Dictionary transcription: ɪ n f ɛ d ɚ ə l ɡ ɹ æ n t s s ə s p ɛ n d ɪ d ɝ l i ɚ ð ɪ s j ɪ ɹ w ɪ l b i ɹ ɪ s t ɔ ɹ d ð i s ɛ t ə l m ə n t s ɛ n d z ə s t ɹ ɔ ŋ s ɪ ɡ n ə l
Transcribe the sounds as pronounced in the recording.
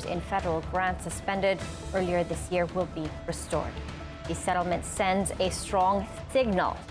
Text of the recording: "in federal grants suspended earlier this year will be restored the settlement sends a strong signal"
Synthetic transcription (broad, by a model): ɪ n f ɛ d ɚ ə l ɡ ɹ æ n t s s ə s p ɛ n d ɪ d ɝ l i ɚ ð ɪ s j ɪ ɹ w ɪ l b i ɹ ɪ s t ɔ ɹ d ð i s ɛ t l m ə n t s ɛ n d z ə s t ɹ ɔ ŋ s ɪ ɡ n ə l